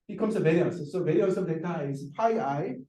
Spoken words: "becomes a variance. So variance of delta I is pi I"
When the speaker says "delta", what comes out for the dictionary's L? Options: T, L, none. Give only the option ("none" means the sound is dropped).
none